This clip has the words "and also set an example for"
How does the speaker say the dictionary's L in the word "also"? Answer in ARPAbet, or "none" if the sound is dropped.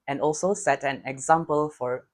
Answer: L